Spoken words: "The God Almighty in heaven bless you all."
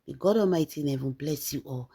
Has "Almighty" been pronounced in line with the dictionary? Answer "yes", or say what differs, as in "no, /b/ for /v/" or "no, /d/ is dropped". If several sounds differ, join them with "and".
no, /l/ is dropped